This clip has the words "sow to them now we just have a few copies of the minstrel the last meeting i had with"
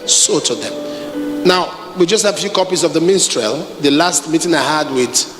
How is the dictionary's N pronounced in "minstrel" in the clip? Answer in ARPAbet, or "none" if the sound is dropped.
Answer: N